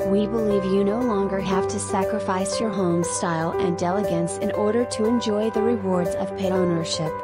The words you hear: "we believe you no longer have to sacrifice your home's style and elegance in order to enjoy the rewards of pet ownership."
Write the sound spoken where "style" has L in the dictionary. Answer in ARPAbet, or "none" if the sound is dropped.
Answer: L